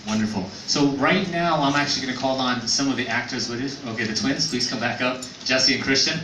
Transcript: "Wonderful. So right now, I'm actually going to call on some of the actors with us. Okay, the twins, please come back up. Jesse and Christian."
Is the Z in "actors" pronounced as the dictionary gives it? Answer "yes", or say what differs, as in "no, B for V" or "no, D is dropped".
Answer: yes